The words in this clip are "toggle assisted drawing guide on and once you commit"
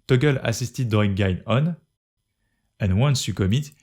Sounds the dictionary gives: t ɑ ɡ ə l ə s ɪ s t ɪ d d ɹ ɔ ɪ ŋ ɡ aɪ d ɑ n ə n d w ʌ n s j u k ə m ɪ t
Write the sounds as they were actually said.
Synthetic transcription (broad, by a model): t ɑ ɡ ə l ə s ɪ s t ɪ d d ɔ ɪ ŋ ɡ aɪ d ɑ n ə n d w ʌ n s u k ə m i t